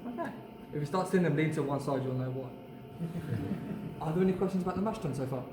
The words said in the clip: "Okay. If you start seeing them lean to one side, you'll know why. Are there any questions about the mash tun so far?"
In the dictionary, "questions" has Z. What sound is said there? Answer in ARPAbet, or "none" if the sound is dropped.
Z